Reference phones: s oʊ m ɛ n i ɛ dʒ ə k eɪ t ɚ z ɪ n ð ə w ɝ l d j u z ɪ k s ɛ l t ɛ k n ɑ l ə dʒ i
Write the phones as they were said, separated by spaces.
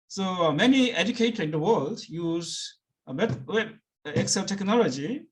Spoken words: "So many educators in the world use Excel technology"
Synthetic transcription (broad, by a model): s oʊ m ɛ n i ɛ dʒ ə k eɪ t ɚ ɪ n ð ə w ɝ l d j u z ɪ k s ɛ l t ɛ k n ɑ l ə dʒ i